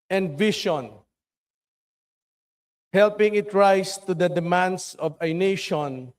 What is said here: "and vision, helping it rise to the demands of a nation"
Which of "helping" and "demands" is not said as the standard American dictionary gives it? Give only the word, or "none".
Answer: demands